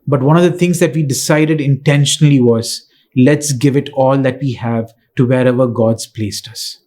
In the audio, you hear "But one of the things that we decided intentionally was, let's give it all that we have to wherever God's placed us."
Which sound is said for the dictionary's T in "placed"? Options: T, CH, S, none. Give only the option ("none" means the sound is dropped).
T